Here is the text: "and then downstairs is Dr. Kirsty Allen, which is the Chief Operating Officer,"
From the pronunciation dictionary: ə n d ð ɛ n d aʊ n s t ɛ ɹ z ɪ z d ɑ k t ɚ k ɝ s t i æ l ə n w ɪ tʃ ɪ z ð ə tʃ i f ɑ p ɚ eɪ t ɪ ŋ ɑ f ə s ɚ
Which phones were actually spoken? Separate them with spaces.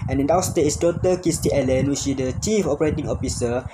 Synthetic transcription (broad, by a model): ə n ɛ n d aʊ s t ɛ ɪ s d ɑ t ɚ k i s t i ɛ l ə n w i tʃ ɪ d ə tʃ i f ɑ p ɚ eɪ t ɪ ŋ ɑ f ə s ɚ